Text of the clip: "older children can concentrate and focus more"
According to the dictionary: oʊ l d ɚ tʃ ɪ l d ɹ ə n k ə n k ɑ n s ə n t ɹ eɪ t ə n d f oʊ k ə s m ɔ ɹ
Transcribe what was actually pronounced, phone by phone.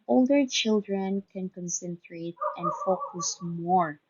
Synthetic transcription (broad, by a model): oʊ l d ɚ tʃ ɪ l d ɹ ə n k ə n k ɑ n s ə n t ɹ eɪ t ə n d f oʊ k ə s m ɔ ɹ